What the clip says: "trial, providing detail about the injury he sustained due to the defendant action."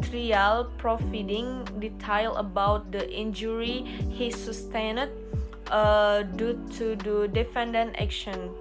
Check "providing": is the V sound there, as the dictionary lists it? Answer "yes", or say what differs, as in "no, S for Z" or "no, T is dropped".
no, F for V